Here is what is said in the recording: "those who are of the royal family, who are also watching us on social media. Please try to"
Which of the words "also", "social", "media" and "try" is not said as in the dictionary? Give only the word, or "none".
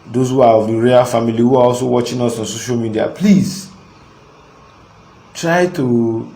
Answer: none